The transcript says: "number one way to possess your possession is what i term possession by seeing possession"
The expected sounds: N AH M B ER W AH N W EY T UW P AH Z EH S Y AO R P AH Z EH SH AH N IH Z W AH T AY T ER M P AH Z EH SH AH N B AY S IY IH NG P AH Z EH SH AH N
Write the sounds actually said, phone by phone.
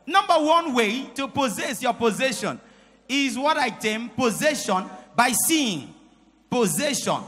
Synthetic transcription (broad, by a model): N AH M B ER W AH N W EY T UW P AH Z EH S Y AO P AH Z EH SH AH N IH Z W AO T AY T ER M P AH Z EH SH AH N B AY S IY IH NG P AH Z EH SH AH N